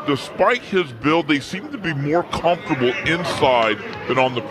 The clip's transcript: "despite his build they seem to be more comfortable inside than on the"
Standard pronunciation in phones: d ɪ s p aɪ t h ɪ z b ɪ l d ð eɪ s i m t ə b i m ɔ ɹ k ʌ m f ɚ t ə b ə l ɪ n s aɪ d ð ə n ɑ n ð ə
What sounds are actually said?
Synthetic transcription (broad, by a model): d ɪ s p aɪ t h ɪ z b ɪ l ð eɪ s i m t ə b i m ɔ ɹ k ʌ m f t ə b l ɪ n s aɪ d ð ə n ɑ n ð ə